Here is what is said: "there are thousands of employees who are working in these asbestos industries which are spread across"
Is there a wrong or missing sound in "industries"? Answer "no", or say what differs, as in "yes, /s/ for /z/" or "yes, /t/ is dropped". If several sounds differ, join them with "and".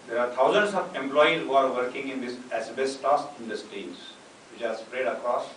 yes, /ɹ/ is dropped